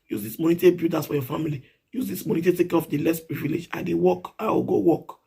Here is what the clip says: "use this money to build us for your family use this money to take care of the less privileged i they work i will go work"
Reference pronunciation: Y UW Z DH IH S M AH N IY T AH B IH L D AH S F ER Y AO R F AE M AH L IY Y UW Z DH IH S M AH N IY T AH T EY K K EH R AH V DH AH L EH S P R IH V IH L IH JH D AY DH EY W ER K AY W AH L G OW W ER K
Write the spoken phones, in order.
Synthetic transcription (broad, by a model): Y UW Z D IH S M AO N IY T AH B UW D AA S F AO Y AO F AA M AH L IY Y UW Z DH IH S M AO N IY T AH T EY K K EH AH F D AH L EH S P R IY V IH L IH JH AY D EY W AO K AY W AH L G OW W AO K